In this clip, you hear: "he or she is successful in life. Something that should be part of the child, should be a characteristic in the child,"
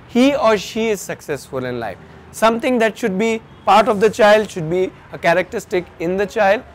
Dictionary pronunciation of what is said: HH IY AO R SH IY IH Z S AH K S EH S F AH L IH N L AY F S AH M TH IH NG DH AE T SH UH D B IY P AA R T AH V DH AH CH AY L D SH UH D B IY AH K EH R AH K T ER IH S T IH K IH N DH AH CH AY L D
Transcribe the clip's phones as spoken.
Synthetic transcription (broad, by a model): HH IY AO R SH IY IH Z S AH K S EH S F AH L IH N L AY F S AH M T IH NG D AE T SH UH D B IY P AA R T AH V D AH CH AY L D SH UH D B IY AH K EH R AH K T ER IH S T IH K IH N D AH CH AY L D